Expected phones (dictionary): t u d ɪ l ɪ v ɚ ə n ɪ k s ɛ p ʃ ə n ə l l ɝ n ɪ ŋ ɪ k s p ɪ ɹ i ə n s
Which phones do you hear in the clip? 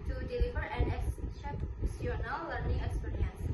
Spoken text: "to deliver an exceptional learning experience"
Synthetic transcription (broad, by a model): t u d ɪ l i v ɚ ə n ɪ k s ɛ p s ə n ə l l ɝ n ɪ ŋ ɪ k s p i ɹ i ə n s